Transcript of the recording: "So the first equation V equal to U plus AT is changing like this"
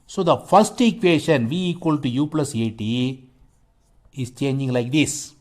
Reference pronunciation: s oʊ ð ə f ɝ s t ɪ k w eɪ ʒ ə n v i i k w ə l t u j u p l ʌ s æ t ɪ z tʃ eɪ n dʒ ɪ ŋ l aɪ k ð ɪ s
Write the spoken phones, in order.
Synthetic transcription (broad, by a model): s oʊ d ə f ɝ s t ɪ k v eɪ ʃ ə n v i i k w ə l t u j u p l ʌ s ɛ t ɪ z tʃ eɪ n dʒ ɪ ŋ l aɪ k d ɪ s